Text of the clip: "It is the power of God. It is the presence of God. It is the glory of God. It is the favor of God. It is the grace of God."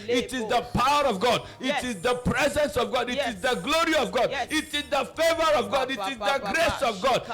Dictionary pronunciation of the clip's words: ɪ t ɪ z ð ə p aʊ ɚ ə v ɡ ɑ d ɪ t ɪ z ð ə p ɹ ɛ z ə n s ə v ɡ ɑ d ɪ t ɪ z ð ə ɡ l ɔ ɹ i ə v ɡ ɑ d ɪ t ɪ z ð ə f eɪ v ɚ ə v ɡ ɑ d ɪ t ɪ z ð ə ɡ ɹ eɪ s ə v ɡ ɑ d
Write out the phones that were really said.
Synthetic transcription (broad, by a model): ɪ t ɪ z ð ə p aʊ ɚ ə v ɡ ɑ d ɪ t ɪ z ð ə p ɹ ɛ z ə n s ə v ɡ ɑ d ɪ t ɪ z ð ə ɡ l ɔ ɹ i ə v ɡ ɑ d ɪ t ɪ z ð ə f eɪ v ɚ ə v ɡ ɑ d ɪ t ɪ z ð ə ɡ ɹ eɪ s ə v ɡ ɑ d